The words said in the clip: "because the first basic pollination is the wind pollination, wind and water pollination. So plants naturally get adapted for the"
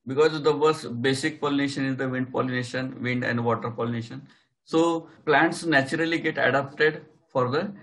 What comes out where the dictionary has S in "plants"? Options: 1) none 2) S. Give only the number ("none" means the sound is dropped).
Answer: 2